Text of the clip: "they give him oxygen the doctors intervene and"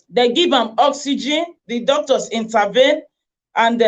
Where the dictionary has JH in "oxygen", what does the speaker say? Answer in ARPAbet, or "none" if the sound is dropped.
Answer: JH